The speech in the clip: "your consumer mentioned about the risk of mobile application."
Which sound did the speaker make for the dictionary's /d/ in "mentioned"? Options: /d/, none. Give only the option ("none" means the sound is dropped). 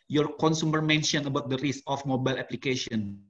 none